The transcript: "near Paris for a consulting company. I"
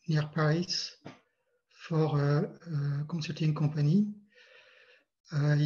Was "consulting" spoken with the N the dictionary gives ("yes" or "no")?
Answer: no